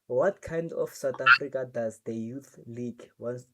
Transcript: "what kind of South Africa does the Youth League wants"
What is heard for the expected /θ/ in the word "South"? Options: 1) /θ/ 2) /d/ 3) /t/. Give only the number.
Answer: 3